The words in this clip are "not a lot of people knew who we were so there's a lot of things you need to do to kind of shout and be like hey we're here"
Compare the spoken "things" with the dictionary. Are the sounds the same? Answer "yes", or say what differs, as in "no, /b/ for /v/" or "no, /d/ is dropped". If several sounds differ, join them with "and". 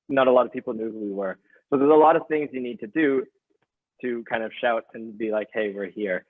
yes